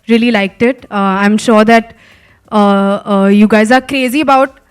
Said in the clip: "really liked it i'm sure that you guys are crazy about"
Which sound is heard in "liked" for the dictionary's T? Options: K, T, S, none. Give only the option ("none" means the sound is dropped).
T